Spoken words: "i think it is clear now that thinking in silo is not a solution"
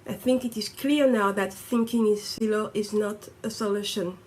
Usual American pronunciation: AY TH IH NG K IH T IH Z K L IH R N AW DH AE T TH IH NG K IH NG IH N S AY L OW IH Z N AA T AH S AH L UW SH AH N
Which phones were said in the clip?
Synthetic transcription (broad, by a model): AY TH IH NG K IH T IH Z K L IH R N AW DH AE T TH IH NG K IH NG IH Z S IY L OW IH Z N AA T AH S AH L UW SH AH N